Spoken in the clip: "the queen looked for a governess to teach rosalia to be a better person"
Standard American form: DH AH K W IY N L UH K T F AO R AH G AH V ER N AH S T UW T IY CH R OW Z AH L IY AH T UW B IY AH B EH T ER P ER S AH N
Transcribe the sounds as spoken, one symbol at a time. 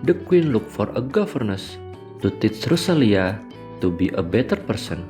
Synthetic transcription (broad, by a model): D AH K W IY N L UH K F AO R AH G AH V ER N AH S T UW T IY S R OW S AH L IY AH T UW B IY AH B EH T ER P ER S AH N